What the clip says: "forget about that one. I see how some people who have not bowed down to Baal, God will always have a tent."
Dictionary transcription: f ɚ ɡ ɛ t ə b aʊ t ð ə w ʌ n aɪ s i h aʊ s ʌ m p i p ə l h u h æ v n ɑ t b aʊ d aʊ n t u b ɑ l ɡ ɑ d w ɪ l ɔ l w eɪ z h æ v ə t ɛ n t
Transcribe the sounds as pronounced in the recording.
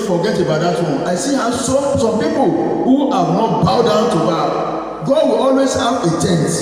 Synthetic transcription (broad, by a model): f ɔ ɡ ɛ t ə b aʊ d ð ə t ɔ aɪ s i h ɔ s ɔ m p i p ə l h u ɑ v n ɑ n b aʊ d aʊ n t u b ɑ ɡ ɑ d w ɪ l ɔ l w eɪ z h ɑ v ə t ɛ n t